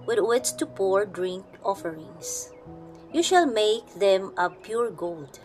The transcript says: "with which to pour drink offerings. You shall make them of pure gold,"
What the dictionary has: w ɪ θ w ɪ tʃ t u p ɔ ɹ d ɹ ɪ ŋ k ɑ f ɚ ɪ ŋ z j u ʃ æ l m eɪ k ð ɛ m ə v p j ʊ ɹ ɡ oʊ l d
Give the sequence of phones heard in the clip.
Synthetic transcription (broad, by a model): w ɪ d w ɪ s t u p ɔ ɹ d ɹ ɪ ŋ k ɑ f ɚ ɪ ŋ s j u ʃ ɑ l m eɪ k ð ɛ m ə p j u ɹ ɡ oʊ l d